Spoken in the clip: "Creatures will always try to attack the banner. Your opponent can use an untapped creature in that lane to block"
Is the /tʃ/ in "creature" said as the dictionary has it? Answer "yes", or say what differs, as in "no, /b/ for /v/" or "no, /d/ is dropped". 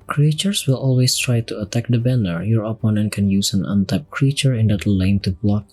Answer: yes